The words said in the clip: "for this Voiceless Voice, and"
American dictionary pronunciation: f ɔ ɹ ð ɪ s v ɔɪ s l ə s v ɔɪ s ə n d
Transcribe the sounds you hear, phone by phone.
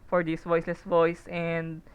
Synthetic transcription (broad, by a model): f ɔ ɹ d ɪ s v ɔɪ s l ə s v ɔɪ s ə n d